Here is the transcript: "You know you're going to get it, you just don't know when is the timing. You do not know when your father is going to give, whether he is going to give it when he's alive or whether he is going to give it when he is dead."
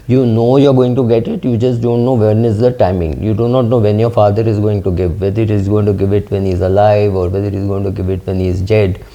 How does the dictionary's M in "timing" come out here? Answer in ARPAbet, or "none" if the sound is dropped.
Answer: M